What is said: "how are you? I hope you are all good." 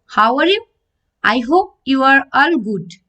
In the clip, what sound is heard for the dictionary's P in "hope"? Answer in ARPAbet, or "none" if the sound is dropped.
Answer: P